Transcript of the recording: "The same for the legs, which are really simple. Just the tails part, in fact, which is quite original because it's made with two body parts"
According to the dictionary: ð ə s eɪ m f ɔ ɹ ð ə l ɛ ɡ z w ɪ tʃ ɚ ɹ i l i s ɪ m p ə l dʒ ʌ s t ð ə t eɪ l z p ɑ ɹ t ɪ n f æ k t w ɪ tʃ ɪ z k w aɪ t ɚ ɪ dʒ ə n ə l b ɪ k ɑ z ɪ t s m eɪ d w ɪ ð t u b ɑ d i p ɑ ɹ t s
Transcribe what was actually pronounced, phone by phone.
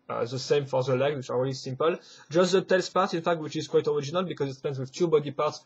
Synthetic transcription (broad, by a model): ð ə s eɪ m f ɔ ɹ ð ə l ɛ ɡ w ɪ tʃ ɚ ɹ i l i s ɪ m p ə l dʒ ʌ s t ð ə t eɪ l s p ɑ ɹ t ɪ n f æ k t w ɪ tʃ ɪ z k w aɪ t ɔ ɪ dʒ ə n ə l b ɪ k ɑ z ɪ t s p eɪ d w ɪ ð t u b ɑ d i p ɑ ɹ t s